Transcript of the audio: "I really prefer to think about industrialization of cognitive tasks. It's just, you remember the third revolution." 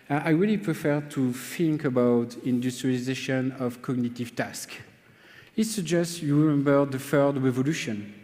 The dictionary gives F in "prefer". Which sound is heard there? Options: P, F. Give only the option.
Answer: F